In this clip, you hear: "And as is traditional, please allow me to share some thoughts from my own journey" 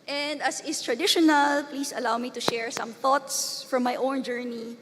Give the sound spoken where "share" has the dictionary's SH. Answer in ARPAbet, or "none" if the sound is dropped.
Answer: SH